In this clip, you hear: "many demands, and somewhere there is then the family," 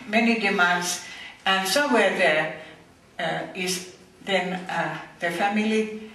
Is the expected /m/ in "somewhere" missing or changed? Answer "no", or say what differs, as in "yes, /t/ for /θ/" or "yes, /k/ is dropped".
yes, /m/ is dropped